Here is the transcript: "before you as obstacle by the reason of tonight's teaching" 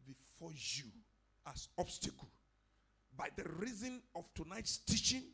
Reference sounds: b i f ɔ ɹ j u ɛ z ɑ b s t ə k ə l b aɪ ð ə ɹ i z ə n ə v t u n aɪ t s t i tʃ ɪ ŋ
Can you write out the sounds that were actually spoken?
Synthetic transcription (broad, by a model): b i f ɔ j u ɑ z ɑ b s t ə k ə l b aɪ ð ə ɹ i z ə n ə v t u n aɪ t s t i tʃ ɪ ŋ